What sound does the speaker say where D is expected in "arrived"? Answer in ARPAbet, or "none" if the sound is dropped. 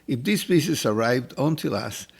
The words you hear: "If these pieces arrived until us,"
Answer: D